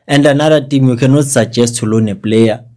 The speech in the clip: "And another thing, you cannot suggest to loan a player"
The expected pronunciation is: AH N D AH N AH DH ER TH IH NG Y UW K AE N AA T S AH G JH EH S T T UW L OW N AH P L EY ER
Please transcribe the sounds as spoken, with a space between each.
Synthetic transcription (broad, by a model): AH N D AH N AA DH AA T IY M Y UW K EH N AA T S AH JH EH S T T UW L OW N AH P L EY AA